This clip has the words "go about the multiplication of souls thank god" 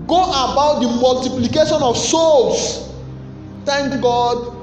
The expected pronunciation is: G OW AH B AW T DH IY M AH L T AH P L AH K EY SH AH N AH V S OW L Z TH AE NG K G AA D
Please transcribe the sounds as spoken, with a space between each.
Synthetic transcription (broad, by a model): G OW AH B AW T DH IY M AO L T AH P L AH K EY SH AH N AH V S OW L S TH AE NG K G AA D